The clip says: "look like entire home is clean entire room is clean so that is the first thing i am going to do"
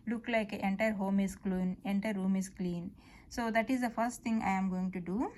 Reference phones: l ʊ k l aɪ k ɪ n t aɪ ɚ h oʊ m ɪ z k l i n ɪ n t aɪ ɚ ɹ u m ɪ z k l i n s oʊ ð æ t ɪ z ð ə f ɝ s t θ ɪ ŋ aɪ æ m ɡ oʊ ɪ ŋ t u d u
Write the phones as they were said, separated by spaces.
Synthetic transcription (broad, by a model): l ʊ k l aɪ k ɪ n t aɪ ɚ h oʊ m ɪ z k l i n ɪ n t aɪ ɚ ɹ u m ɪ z k l i n s oʊ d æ t ɪ z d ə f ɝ s t t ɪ ŋ aɪ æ m ɡ oʊ ɪ ŋ t u d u